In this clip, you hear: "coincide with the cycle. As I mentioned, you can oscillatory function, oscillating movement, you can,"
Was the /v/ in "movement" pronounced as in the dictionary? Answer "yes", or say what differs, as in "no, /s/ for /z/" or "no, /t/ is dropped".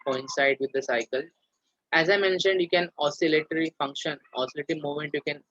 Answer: no, /v/ is dropped